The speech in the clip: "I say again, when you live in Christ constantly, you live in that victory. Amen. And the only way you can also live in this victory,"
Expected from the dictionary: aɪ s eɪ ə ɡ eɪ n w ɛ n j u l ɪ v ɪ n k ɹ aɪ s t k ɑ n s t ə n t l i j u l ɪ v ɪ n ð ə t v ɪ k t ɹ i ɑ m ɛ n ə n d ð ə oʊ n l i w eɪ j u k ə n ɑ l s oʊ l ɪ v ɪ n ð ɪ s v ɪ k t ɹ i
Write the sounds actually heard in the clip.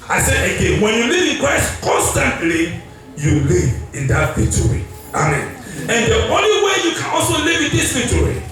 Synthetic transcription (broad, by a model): aɪ s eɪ ə ɡ eɪ n w ɛ n j u l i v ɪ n k ɹ aɪ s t k ɑ n s t ə n t l i j u l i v ɪ n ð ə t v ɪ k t ɹ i ɑ m ɛ n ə n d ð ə oʊ n l i w eɪ j u k ə n ɑ l s oʊ l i v ɪ n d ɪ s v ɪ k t ɹ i